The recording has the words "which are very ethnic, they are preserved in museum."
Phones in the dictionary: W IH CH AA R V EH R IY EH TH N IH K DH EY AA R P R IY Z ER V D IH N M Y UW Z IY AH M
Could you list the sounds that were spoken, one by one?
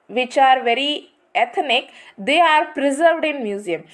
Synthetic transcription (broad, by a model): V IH CH AA R V EH R IY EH T N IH K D EY AA R P R IY Z ER V D IH N M Y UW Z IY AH M